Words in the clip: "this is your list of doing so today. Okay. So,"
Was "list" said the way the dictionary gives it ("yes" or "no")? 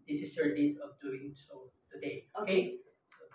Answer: no